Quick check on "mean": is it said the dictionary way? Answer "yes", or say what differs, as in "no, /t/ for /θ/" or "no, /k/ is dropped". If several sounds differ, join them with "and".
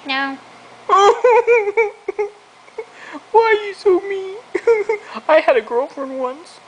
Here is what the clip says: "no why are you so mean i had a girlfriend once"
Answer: no, /n/ is dropped